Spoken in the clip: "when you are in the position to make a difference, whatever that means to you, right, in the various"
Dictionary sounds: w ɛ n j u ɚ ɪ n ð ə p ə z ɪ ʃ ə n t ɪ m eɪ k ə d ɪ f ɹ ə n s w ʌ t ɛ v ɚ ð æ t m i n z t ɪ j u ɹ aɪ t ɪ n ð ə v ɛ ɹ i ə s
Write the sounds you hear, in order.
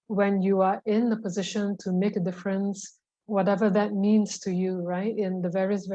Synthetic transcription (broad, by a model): w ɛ n j u ɚ ɪ n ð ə p ə z ɪ ʃ ə n t ɪ m eɪ k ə d ɪ f ɹ ə n s w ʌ t ɛ v ɚ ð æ t m i n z t ɪ j u ɹ aɪ t ɪ n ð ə v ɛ ɹ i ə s